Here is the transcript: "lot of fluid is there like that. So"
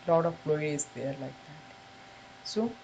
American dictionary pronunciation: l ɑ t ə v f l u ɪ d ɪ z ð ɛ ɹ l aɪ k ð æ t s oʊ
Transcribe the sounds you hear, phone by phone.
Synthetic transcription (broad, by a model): l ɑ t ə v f l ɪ ɪ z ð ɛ ɹ l aɪ k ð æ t s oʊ